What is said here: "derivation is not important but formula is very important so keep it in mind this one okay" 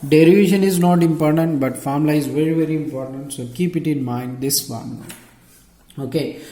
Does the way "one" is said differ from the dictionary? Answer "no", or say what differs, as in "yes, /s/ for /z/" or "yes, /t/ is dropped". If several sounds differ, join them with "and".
yes, /l/ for /n/